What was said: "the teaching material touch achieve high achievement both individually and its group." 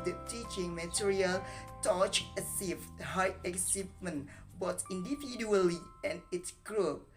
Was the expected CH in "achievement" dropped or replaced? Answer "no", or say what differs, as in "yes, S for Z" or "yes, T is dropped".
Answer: yes, S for CH